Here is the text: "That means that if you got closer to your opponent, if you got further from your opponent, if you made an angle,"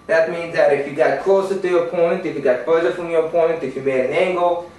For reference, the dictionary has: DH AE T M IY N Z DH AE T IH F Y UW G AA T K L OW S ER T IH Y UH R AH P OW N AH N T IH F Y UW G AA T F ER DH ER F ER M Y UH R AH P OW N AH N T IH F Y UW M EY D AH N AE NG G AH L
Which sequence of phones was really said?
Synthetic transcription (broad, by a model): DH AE T M IY N Z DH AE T IH F Y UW G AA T K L OW S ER T IH Y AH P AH IH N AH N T IH F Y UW G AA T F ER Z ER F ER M Y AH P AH IH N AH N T IH F Y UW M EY AH N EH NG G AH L